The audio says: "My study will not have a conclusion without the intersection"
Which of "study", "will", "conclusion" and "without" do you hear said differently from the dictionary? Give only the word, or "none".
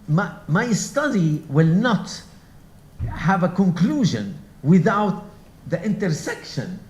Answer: none